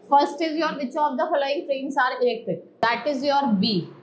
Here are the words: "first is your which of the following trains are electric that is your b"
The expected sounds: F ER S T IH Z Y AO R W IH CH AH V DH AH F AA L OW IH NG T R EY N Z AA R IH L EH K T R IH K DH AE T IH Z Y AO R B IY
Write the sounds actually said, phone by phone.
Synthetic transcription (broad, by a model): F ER S T IH Z Y AO R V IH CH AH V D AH F AA L OW IH NG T R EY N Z AA R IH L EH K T IH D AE T IH Z Y AO R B IY